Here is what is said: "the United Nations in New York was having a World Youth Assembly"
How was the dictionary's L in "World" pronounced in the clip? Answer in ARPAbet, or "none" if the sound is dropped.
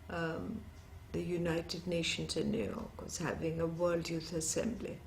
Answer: L